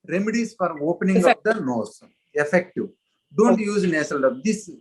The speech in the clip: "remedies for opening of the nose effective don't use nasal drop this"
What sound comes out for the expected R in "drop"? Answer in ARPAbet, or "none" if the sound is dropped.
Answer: none